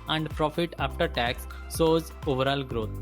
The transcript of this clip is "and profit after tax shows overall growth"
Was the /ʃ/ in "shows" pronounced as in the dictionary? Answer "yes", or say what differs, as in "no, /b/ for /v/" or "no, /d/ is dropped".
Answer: no, /s/ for /ʃ/